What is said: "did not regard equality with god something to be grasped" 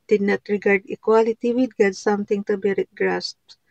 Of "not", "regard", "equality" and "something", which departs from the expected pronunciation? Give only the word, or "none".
something